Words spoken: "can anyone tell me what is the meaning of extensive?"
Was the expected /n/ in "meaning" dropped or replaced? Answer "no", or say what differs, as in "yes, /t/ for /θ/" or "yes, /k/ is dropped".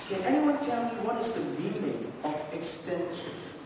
yes, /l/ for /n/